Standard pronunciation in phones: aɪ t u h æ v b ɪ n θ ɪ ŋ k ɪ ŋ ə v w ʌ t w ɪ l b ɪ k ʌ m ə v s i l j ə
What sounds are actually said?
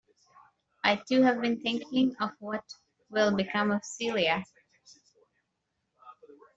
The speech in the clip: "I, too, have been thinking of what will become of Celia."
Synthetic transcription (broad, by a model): aɪ t u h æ v b ɪ n θ ɪ ŋ k ɪ ŋ ə v w ʌ t w ɪ l b ɪ k ʌ m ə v s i l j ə